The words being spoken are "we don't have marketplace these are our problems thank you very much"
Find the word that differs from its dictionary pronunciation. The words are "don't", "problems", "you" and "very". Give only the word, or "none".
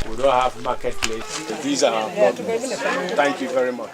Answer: problems